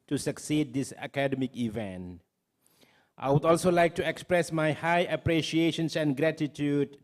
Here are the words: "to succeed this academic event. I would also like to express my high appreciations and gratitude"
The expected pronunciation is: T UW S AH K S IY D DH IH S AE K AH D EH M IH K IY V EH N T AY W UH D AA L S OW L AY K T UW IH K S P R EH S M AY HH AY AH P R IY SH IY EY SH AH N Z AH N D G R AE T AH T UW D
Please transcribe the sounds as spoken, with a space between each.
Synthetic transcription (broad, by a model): T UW S AH K S IY D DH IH S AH K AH D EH M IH K IY V EH N T AY W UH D AA L S OW L AY K T UW IH K S P R EH S M AY HH AY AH P R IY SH IY EY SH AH N S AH N G R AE T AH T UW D